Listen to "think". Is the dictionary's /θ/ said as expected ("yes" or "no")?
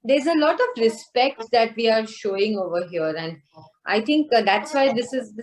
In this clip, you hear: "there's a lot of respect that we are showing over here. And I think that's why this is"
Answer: no